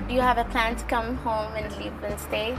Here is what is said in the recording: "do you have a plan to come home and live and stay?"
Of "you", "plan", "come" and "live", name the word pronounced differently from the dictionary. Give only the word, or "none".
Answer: live